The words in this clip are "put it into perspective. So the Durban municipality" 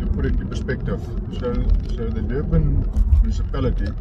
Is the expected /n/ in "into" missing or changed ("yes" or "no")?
yes